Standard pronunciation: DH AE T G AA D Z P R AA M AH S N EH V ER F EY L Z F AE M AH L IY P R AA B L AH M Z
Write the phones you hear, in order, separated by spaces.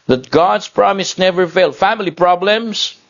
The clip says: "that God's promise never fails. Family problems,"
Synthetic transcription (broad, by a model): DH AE T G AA D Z P R AA M AH S N EH V ER F EY L F AE M AH L IY P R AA B L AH M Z